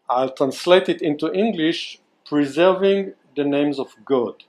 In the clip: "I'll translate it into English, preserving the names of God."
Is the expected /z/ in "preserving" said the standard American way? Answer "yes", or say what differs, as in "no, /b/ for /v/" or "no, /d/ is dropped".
yes